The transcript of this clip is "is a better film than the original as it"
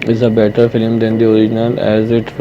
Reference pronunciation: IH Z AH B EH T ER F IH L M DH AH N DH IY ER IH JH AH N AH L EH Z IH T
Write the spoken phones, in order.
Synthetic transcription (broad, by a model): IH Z AH B EH T ER F IH L M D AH N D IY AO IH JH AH N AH L EH Z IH T